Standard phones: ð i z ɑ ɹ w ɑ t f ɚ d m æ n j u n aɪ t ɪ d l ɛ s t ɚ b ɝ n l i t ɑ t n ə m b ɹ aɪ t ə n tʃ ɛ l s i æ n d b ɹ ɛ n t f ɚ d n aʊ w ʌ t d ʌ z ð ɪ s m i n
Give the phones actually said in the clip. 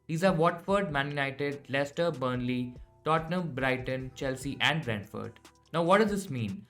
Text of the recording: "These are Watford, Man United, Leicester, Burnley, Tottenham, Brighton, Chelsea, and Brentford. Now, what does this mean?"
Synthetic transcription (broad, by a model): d i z ɑ ɹ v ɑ t f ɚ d m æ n j u n aɪ t ɪ d l ɛ s t ɚ b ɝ n l i t ɑ t n ə m b ɹ aɪ t ə n tʃ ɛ l s i æ n d b ɹ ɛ n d f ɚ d n aʊ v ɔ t d ʌ z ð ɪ s m i n